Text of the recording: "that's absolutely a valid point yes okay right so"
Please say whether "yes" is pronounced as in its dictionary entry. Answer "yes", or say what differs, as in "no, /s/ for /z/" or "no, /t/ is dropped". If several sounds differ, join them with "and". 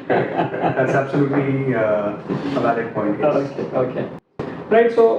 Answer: no, /s/ is dropped